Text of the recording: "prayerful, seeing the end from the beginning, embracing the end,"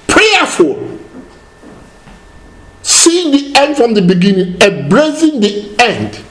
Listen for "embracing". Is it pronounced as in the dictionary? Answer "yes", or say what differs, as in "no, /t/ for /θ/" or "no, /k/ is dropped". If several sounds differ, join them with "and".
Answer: no, /m/ is dropped